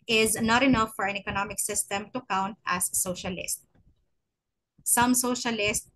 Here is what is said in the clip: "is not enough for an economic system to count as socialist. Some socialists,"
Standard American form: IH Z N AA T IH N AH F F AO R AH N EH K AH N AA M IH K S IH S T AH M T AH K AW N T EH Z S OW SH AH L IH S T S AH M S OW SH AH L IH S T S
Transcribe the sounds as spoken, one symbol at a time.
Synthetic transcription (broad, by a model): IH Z N AA T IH N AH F F AO R AH N EH K AH N AA M IH K S IH S T AH M T AH K AW N T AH S OW SH AH L IH S T S AH M S OW SH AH L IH S T